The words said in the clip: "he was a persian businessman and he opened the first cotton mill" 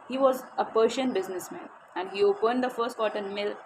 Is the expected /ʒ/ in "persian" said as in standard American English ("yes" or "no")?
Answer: no